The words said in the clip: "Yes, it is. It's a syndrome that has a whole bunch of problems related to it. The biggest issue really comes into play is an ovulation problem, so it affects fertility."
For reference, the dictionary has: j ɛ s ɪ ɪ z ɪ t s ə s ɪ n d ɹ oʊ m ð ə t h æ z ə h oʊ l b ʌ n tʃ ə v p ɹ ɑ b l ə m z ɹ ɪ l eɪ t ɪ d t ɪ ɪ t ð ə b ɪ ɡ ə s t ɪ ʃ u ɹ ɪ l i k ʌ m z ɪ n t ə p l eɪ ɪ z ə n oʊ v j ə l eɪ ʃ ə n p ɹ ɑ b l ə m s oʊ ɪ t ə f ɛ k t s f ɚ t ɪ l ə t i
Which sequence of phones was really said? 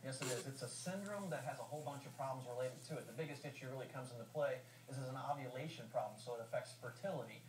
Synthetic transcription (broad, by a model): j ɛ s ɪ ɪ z ɪ t s ə s ɪ n d ɹ oʊ m ð ə t h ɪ z ə h oʊ l b ʌ n tʃ ə v p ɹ ɑ b l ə m z ɹ ɪ l eɪ t ɪ d t ɪ ɪ t ð ə b ɪ ɡ ə s t ɪ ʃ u ɹ ɪ l i k ʌ m z ɪ n t ə p l eɪ ɪ z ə n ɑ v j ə l eɪ ʃ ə n p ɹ ɑ b l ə m s oʊ ɪ t ə f ɛ k t s f ɚ t ɪ l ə t i